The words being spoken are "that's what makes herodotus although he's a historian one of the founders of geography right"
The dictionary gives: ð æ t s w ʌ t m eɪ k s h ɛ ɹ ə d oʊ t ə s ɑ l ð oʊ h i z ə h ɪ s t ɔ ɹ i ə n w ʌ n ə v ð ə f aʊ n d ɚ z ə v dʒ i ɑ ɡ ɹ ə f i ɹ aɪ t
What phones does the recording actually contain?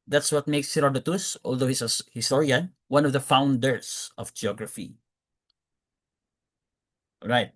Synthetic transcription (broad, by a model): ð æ t s w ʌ t m eɪ k s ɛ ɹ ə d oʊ t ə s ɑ l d oʊ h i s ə h ɪ s t ɔ ɹ i ə n w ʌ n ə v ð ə f aʊ n d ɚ s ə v dʒ i ɑ ɡ ɹ ə f i ɹ aɪ t